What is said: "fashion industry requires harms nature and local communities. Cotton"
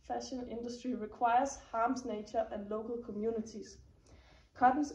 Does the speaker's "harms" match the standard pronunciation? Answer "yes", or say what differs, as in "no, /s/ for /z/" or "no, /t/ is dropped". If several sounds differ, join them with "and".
no, /s/ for /z/